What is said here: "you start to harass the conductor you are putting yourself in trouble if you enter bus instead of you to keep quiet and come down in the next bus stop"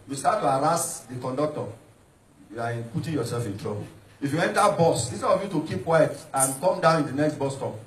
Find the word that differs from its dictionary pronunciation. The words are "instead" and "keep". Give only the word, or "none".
instead